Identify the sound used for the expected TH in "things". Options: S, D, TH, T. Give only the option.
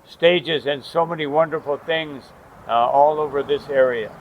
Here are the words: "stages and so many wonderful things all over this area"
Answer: TH